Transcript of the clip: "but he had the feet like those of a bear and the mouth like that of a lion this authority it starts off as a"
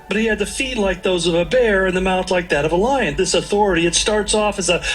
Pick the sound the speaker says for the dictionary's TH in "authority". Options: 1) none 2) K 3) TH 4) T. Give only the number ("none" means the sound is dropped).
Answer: 3